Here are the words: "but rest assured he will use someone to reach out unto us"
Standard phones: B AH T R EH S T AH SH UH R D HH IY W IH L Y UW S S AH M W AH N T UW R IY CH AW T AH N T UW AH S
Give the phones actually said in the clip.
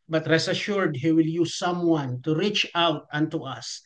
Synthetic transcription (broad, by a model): B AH T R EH S AH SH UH R D HH IY W IH L Y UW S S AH M W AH N T UW R IY CH AW T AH N T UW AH S